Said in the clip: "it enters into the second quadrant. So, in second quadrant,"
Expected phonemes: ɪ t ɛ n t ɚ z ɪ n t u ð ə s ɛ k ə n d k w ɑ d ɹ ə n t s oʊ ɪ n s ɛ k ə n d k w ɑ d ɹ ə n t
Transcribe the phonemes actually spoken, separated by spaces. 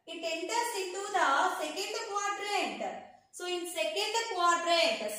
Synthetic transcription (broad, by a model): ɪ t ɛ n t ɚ s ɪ t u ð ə s ɛ k ə n d k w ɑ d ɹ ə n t s oʊ ɪ n s ɛ k ə n d k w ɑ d ɹ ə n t